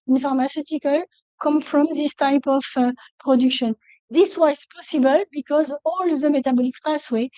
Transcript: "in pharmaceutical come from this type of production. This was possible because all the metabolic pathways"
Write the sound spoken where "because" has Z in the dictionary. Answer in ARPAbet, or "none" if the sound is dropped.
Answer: Z